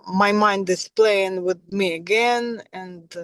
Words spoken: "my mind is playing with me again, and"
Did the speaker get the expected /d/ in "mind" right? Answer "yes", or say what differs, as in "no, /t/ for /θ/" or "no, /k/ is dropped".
yes